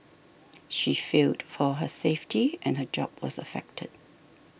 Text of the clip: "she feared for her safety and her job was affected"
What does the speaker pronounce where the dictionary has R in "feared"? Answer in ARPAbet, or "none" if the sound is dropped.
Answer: L